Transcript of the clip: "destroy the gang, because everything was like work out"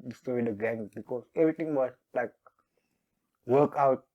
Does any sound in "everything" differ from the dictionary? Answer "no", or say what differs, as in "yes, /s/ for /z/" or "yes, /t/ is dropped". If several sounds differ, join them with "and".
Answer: yes, /t/ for /θ/